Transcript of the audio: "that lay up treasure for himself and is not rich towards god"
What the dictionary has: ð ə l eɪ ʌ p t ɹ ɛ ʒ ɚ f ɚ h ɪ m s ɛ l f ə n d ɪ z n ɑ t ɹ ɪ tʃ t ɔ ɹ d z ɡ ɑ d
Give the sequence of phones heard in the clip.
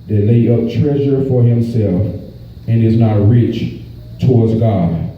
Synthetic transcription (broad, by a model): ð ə l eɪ ʌ p t ɹ ɛ ʒ ɚ f ɚ h ɪ m s ɛ l f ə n ɪ z n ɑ t ɹ ɪ tʃ t ɔ ɹ d z ɡ ɑ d